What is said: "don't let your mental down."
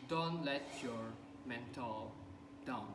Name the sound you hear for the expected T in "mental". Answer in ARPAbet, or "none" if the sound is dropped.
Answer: T